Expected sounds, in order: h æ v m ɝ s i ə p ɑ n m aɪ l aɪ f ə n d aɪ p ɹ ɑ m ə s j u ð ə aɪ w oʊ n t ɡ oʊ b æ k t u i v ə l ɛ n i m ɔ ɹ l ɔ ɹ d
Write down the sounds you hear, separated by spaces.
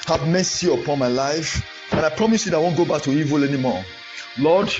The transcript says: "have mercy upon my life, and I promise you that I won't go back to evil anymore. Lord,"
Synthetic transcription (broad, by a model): h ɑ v m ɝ s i ə p ɑ n m aɪ l aɪ f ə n aɪ p ɹ ɑ m ə s j u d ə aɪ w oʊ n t ɡ oʊ b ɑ k t u i v ə l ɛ n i m ɔ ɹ l ɔ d